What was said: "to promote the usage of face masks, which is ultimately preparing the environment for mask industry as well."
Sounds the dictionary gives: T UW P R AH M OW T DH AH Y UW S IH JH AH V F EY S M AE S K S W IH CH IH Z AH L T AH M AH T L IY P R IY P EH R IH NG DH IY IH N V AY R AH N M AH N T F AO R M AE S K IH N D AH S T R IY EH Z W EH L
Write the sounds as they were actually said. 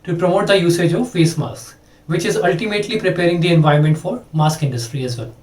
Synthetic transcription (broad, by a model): T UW P R AH M OW T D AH Y UW S IH JH AH V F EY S M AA S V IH CH IH Z AH L T AH M AH T L IY P R IY P EH R IH NG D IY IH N V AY AH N M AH N T F AO R M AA S K IH N D AH S T R IY EH Z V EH L